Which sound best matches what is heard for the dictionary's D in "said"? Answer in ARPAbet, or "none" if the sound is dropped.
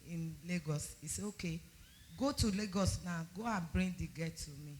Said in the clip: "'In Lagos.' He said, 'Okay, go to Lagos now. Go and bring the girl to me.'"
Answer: none